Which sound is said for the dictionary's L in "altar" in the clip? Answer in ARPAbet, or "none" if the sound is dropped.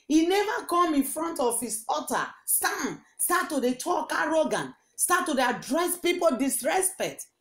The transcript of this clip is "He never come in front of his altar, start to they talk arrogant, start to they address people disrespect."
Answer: none